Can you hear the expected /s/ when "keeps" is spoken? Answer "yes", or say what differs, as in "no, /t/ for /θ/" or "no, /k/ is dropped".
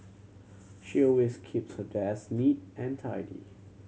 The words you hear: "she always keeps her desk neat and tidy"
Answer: yes